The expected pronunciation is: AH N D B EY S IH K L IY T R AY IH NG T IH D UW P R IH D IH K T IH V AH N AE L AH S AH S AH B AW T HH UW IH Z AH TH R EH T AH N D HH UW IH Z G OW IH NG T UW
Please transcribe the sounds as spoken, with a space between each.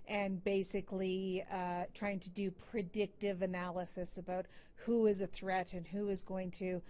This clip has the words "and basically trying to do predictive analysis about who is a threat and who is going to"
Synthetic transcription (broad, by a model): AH N B EY S IH K L IY T R AY IH NG T IH D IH P R IH D IH K T IH V AH N AE L AH S AH S AH B AW T HH UW IH Z AH TH R EH T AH N HH UW IH Z G OW IH NG T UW